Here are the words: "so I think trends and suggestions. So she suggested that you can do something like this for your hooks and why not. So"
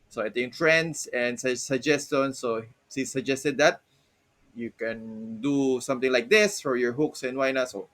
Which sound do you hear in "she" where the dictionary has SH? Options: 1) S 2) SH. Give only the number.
1